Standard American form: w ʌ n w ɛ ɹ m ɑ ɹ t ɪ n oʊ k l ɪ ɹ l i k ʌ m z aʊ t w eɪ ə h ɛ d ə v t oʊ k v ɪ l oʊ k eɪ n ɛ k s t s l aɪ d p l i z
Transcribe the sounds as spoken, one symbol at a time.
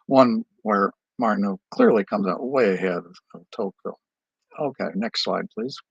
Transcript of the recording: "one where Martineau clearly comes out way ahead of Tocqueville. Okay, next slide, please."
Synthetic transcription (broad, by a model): w ʌ n w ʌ ɹ m ɑ ɹ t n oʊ k l ɪ ɹ l i k ʌ m z aʊ t w eɪ ə h ɛ d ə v t oʊ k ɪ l oʊ k eɪ n ɛ k s t s l aɪ d p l i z